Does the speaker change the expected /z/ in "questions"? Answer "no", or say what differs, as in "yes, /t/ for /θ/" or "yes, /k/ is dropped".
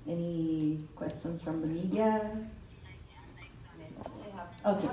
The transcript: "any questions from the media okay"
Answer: yes, /s/ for /z/